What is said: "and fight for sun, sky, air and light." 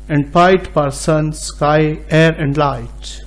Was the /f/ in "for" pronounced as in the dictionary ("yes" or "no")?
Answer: no